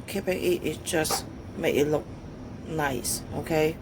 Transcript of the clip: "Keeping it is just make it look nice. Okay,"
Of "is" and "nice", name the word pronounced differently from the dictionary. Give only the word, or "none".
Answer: is